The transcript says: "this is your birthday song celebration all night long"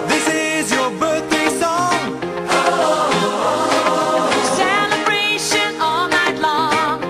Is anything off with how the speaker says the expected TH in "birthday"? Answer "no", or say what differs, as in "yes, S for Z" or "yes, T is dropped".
no